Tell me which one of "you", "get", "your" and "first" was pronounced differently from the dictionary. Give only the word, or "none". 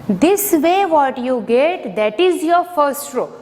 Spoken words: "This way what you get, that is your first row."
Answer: none